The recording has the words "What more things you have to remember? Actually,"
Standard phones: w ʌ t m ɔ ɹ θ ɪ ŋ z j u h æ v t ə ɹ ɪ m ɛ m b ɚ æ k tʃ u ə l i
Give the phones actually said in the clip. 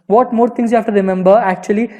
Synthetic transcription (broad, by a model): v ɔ t m ɔ ɹ t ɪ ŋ s j u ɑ f t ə ɹ ɪ m ɛ m b ɚ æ k tʃ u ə l i